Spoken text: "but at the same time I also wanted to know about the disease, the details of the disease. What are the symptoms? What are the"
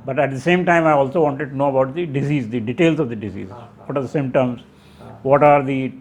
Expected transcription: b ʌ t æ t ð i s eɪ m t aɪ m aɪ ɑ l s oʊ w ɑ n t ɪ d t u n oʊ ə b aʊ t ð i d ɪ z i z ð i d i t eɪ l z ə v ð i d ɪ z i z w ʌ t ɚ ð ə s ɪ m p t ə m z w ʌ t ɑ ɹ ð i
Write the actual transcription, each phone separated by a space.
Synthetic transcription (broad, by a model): b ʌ t æ t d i s eɪ m t aɪ m aɪ ɑ l s oʊ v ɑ n t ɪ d t u n oʊ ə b aʊ t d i d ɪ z i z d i d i t eɪ l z ə v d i d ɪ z i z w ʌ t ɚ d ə s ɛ m t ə m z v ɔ t ɑ ɹ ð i